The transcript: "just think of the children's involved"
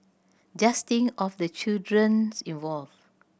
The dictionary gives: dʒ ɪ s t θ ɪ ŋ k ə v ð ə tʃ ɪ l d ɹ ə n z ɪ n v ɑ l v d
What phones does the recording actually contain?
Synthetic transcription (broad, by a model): dʒ ɪ s t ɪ ŋ ə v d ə tʃ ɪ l d ɹ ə n s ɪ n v ɑ l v